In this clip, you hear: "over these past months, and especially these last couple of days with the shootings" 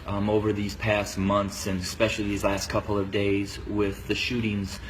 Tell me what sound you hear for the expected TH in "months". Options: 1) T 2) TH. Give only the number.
2